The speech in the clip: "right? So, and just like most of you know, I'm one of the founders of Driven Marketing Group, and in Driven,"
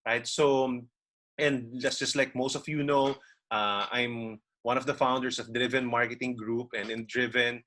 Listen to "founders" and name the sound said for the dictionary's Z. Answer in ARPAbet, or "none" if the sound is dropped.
S